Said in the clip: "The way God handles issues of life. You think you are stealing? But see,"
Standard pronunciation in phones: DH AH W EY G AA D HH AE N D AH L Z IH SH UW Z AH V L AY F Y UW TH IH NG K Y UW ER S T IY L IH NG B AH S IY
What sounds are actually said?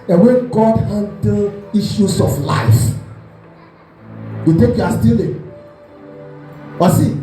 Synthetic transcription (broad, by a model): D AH W EY G AA D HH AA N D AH SH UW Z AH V L AY F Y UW T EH K Y UW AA S T IY L IH NG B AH S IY